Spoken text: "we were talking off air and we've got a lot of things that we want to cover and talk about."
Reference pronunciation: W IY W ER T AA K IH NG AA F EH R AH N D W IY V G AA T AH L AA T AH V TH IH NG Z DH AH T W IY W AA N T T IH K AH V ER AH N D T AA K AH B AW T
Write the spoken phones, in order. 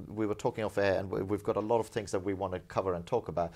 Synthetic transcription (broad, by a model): W IY W ER T AA K IH NG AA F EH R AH N W IY V G AA T AH L AA T AH V TH IH NG Z DH AH T W IY W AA N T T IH K AH V ER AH N T AA K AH B AW T